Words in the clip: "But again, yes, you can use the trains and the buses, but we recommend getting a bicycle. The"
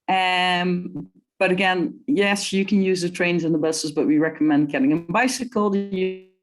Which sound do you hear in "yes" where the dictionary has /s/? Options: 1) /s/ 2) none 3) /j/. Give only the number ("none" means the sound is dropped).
1